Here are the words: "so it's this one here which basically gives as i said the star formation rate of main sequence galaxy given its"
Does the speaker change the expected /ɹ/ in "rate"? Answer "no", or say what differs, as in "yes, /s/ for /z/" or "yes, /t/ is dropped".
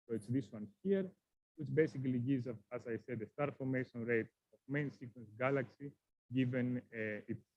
no